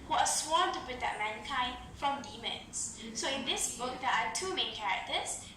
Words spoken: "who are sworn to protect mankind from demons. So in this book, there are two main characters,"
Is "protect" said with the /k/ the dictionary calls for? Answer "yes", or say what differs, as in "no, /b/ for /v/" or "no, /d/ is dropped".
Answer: no, /k/ is dropped